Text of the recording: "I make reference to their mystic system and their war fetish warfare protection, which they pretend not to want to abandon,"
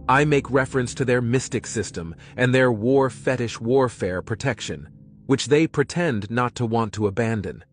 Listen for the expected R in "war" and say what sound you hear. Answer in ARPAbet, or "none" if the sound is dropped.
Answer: R